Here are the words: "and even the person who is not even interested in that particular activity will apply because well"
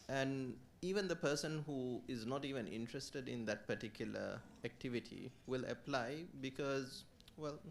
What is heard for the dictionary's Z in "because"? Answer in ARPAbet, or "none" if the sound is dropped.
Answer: Z